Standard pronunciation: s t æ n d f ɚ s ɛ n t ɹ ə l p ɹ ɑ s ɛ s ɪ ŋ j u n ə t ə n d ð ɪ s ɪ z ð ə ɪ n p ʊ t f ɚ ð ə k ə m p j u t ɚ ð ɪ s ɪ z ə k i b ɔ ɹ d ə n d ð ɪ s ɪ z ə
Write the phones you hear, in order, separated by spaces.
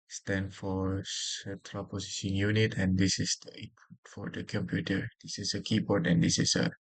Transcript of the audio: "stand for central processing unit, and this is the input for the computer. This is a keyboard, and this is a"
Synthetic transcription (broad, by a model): s t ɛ n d f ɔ s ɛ t ɹ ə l p ɑ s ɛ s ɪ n j u n ə t ə n d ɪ s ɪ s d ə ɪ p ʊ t f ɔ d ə k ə m p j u t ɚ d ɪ s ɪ s ə k i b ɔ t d ə n d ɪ s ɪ s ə